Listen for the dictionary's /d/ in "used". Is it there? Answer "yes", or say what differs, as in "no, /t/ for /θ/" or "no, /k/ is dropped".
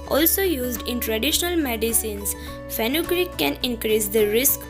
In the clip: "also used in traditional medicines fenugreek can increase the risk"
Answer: yes